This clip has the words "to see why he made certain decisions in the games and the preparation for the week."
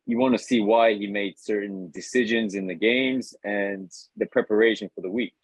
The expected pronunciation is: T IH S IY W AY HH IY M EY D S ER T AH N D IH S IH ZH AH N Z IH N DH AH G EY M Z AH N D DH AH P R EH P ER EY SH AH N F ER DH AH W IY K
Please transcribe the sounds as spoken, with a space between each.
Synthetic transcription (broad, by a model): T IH S IY W AY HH IY M EY D S ER T N D IH S IH ZH AH N Z IH N DH AH G EY M Z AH N DH AH P R EH P ER EY SH AH N F ER DH AH W IY K